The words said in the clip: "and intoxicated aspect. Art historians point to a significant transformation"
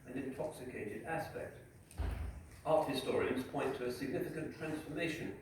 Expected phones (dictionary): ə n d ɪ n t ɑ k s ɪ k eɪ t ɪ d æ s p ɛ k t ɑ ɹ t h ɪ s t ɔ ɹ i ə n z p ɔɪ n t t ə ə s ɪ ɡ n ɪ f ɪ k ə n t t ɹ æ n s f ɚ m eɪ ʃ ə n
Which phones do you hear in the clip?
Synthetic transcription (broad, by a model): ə n ɪ n t ɑ k s ɪ k eɪ t ɪ d æ s p ɛ k t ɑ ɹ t h ɪ s t ɔ ɹ i ə n z p ɔɪ n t t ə ə s ɪ ɡ n ɪ f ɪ k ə n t t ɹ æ n s f ɚ m eɪ ʃ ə n